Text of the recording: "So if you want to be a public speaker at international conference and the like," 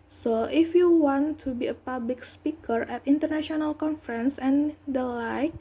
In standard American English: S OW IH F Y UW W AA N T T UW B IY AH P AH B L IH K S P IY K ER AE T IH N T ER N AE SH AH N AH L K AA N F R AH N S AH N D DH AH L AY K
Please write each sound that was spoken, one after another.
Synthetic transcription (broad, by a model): S OW IH F Y UW W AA N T T UW B IY AH P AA B L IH K S P IY K ER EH T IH N T ER N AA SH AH N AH L K AA N F R AH N S AH N D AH L AY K